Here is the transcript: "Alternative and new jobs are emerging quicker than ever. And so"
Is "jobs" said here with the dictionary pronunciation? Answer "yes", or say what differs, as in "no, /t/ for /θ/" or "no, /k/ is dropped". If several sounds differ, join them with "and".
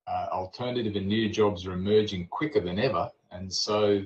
yes